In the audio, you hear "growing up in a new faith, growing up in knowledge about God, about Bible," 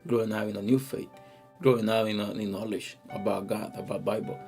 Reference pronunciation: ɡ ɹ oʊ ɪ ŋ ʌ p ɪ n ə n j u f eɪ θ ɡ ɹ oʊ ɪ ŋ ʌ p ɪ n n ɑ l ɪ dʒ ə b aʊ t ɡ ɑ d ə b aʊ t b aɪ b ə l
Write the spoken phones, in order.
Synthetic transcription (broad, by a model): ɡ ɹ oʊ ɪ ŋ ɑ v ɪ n ə n j u f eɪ t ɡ ɹ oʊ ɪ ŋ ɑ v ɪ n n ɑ l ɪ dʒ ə b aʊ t ɡ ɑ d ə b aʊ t b aɪ b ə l